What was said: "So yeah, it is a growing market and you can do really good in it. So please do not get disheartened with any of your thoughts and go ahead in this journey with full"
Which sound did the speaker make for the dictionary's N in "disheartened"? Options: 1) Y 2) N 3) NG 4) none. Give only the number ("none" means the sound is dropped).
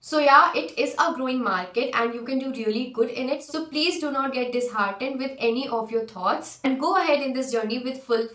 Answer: 2